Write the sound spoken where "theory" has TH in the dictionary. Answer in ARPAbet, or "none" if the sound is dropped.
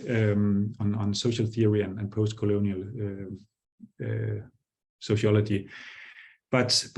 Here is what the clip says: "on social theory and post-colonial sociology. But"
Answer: TH